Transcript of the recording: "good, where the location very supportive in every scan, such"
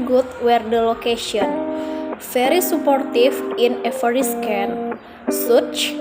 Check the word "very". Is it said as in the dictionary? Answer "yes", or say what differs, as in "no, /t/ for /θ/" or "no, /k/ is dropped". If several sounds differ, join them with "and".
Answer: no, /f/ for /v/